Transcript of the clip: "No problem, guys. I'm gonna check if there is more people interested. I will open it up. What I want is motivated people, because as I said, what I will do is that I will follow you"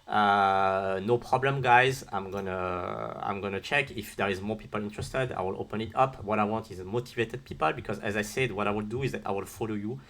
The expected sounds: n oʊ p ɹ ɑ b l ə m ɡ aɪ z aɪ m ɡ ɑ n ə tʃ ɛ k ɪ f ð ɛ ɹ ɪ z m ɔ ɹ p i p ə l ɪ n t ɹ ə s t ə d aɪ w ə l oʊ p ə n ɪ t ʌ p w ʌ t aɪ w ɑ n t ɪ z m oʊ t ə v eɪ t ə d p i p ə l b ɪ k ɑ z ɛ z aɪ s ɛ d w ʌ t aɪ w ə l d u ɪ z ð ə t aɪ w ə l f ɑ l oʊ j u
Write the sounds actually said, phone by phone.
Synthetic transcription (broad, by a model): n oʊ p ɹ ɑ b l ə m ɡ aɪ z aɪ m ɡ ɑ n ə tʃ ɛ k ɪ f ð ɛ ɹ ɪ z m ɔ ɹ p i p ə l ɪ n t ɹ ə s t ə d aɪ w ə l oʊ p ə n ɪ t ʌ p w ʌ t aɪ w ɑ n t ɪ z m oʊ t ə v eɪ t ə d p i p ə l b ɪ k ɑ z ɛ z aɪ s ɛ d w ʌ t aɪ w ə l d u ɪ z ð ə t aɪ w ə l f ɑ l oʊ j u